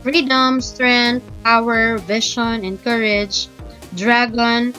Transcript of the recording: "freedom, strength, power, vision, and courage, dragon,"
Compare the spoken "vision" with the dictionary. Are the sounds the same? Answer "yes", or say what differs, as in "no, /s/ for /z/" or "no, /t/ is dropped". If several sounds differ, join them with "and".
no, /ʃ/ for /ʒ/